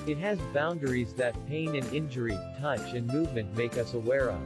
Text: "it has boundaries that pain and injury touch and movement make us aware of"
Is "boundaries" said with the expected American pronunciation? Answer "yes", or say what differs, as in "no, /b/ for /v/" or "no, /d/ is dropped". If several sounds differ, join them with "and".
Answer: yes